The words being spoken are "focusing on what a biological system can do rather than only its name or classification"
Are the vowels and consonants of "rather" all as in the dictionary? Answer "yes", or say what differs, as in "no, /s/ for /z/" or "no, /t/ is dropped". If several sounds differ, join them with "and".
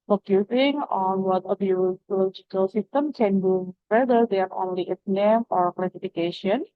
no, /w/ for /ɹ/